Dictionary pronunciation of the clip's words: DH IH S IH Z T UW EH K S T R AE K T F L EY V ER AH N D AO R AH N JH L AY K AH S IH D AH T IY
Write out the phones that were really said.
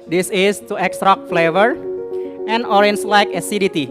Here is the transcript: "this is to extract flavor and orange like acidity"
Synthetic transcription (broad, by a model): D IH S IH S T UW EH K S T R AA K F L EY V ER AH N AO R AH N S L AY K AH S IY D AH T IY